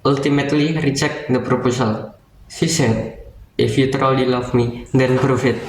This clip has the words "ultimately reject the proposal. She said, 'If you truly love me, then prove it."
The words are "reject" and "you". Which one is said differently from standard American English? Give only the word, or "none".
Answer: reject